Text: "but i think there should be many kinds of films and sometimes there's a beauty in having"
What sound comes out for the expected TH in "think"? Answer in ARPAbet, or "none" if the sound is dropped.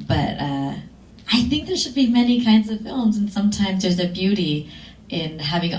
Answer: TH